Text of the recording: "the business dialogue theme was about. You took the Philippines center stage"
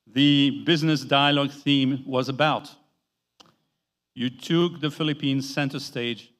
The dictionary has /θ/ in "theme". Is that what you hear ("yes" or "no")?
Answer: yes